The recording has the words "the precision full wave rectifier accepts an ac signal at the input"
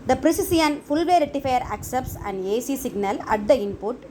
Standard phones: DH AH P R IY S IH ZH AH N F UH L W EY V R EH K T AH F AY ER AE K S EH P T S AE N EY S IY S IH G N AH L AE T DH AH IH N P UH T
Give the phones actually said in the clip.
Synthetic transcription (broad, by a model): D AH P R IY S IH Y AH N F UH L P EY R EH T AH F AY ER AE K S EH P T S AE N EY S IY S IH G N AH L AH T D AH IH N P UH T